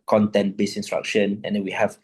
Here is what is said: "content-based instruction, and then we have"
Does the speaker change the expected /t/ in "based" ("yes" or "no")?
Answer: yes